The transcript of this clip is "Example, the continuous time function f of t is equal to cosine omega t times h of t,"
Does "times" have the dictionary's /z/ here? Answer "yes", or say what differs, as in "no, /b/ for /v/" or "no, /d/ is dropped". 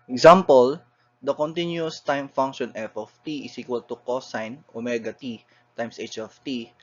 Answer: no, /s/ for /z/